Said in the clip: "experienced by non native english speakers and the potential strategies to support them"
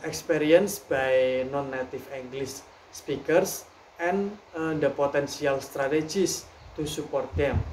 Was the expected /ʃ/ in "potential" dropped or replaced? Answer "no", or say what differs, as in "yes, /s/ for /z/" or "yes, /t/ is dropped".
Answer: yes, /s/ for /ʃ/